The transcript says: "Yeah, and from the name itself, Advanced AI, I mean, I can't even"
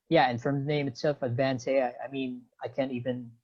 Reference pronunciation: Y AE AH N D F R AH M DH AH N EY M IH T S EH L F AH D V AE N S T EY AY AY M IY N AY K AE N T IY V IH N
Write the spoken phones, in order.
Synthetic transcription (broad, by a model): Y AE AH N F R AH M DH AH N EY M IH T S EH L F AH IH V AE N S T EY AY AY M IY N AY K AE N T IY V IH N